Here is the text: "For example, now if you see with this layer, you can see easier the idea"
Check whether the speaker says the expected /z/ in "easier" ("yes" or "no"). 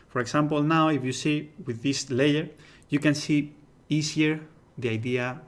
no